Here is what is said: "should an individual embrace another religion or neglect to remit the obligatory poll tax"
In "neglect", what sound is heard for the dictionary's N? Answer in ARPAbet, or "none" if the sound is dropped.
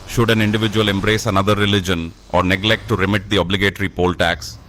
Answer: N